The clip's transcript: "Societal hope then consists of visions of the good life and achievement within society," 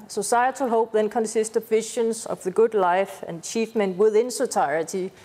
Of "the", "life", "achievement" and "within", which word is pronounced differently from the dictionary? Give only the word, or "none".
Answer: achievement